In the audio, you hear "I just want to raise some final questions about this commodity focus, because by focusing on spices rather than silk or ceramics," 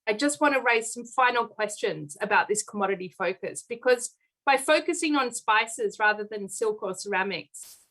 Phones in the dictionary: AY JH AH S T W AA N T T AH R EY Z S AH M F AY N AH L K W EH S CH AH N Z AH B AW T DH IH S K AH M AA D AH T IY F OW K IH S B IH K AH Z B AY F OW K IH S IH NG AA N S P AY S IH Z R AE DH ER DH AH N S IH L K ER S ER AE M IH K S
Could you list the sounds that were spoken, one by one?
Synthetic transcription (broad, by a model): AY JH AH S T W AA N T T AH R EY Z S AH M F AY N L K W EH S CH AH N Z AH B AW T DH IH S K AH M AA D AH T IY F OW K IH S B IH K AH Z B AY F OW K IH S IH NG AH N S P AY S IH Z R AE DH ER DH AH N S IH L K ER S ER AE M IH K S